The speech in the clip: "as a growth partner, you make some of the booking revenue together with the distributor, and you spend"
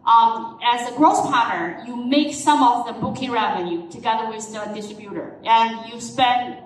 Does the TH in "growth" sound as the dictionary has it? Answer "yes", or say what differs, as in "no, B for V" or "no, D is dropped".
no, S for TH